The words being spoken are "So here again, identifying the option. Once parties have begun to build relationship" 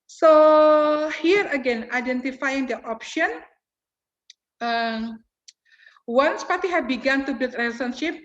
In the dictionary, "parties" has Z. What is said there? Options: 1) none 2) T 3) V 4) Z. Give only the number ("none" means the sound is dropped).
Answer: 1